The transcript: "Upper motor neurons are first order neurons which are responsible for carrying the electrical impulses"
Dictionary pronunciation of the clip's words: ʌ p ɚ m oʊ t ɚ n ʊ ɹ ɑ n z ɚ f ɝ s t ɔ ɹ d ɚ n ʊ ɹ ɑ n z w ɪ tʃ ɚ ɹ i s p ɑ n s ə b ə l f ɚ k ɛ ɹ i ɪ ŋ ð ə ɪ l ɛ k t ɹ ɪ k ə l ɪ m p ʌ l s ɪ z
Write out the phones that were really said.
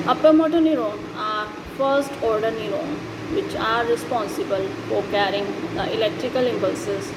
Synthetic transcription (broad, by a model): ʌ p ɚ m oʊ t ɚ n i ɹ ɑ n ɑ f ɝ s t ɔ ɹ d ɚ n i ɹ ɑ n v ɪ tʃ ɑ ɹ i s p ɑ n s ə b ə l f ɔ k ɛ ɹ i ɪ ŋ ɪ l ɛ k t ɹ ɪ k ə l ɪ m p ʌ l s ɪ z